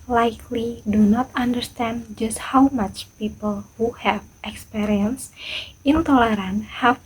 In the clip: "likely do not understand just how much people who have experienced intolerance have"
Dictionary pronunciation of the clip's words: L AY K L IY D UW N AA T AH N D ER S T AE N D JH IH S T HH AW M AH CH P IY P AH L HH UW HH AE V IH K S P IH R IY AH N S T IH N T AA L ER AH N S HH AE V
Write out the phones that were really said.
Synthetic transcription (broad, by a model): L AY K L IY D UW N AA T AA N D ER S T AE N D JH IH S T HH AW M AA CH P IY P AH L HH UW HH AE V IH K S P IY R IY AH N S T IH N T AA L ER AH N HH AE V